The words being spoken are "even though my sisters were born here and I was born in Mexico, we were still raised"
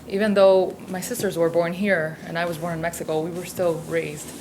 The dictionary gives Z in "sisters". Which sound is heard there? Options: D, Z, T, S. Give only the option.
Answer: Z